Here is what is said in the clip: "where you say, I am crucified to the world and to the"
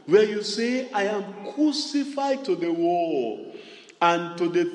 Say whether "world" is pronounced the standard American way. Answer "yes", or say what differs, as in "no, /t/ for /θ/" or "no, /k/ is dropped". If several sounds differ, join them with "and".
no, /d/ is dropped